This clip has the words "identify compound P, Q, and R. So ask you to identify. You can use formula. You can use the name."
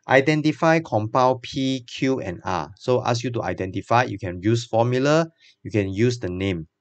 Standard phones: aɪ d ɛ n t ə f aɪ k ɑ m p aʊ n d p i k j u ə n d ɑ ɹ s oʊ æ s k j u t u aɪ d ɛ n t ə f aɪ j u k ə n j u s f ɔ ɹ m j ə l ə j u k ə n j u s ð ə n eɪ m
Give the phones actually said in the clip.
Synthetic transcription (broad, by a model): aɪ d ɛ n t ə f aɪ k ɑ m p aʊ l p i k j u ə n ɑ s oʊ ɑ s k j u t u aɪ d ɛ n t ə f aɪ j u k ə n j u s f ɔ m j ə l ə j u k ə n j u s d ə n eɪ m